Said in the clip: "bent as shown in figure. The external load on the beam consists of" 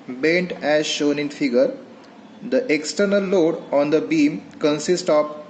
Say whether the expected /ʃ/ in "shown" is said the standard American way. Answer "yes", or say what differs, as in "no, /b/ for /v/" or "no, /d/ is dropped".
yes